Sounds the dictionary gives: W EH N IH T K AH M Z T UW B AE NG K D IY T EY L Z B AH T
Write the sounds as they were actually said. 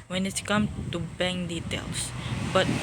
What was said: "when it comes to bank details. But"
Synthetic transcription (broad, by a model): W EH N IH T K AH M T UW B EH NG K D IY T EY L S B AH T